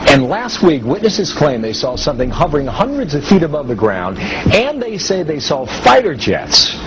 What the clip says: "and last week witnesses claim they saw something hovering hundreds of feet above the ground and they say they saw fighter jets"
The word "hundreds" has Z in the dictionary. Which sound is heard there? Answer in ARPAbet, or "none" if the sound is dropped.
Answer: Z